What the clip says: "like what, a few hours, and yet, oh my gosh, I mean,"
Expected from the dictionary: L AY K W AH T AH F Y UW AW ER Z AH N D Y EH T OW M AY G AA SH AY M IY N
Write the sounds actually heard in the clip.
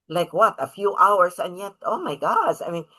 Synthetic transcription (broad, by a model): L AY K W AH T AH F Y UW AW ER S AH N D Y EH T OW M AY G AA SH AY M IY N